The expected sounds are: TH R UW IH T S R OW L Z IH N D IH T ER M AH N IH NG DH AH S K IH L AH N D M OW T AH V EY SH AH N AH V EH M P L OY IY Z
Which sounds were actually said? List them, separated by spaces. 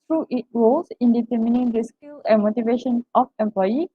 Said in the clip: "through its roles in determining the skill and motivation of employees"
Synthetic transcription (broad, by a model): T R UW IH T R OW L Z IH N D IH T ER M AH N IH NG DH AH S K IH L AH N M OW T AH V EY SH AH N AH F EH M P L OY IY